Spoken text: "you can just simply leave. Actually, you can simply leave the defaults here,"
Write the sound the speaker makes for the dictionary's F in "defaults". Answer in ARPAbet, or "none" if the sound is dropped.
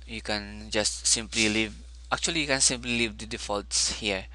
F